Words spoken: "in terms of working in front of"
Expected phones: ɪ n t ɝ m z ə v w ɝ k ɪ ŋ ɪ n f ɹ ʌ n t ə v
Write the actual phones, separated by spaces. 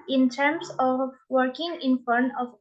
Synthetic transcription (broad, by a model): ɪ n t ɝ m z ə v w ɝ k ɪ ŋ ɪ n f ʌ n ə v